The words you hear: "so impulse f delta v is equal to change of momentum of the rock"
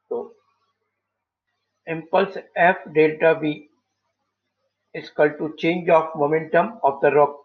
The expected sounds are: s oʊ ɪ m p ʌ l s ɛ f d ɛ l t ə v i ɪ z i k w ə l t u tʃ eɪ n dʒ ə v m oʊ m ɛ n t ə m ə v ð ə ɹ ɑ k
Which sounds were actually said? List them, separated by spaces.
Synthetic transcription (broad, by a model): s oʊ ɪ m p ʌ l s ɛ f d ɛ l t ə b i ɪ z k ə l t u tʃ eɪ n dʒ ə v m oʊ m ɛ n t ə m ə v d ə ɹ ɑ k